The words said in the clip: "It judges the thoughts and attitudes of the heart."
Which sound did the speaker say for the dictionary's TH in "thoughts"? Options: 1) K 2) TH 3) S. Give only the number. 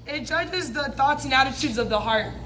2